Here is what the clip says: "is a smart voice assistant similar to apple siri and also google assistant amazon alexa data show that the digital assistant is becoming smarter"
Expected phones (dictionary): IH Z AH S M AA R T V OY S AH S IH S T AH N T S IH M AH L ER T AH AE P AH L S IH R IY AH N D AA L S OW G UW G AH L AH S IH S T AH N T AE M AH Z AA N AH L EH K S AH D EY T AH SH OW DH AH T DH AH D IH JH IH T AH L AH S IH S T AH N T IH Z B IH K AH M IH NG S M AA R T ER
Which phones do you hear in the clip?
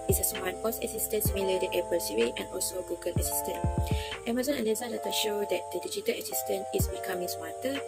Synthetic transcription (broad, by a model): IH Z AH S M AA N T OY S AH S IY S T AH N S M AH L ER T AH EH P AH L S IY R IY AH N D AA L S OW G UW G AH L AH S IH S T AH N T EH M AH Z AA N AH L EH S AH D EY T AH SH OW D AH T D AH D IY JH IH T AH L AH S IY S T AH N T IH S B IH K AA M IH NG S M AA T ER